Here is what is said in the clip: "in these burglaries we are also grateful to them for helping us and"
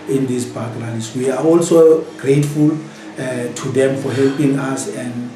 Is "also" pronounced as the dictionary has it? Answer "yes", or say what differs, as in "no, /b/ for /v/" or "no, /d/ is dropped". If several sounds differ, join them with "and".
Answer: yes